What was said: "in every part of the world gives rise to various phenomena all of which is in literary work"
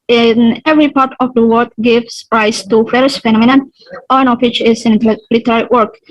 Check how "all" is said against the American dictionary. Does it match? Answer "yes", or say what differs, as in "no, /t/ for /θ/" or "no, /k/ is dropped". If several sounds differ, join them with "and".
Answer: no, /n/ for /l/